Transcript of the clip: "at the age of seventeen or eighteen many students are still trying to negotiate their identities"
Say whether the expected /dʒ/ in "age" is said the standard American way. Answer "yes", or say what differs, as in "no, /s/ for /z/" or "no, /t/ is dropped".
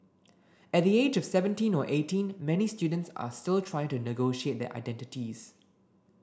yes